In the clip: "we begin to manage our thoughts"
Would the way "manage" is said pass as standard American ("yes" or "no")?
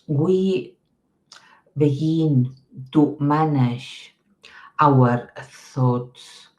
no